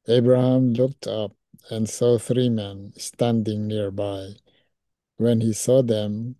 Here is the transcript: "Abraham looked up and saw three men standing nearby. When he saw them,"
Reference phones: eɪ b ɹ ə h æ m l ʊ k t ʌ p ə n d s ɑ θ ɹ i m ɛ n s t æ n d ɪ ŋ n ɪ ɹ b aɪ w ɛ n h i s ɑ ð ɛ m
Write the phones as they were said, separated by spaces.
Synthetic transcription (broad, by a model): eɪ b ɹ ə h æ m l ʊ k t ʌ p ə n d s ɑ θ ɹ i m ɛ n s t æ n d ɪ ŋ n ɪ ɹ b aɪ w ɛ n h i s ɑ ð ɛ m